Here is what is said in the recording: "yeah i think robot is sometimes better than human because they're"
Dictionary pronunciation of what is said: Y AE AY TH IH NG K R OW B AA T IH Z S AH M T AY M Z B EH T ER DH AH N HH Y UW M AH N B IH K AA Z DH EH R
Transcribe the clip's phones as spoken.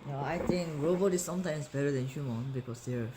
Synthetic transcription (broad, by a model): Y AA AY T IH NG K R OW B AA T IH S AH M T AY M S B EH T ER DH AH N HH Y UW M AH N B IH K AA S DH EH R